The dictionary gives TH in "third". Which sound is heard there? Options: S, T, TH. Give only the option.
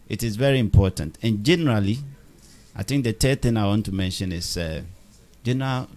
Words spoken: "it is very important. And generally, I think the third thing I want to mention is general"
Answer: T